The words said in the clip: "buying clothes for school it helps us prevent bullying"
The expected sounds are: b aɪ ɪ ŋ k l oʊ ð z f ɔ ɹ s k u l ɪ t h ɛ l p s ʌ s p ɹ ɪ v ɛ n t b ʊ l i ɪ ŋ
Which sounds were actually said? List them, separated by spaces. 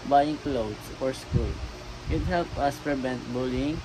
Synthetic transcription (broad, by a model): b aɪ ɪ ŋ k l oʊ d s f ɔ ɹ s k u l ɪ t h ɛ l p ʌ s p ɹ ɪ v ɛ n t b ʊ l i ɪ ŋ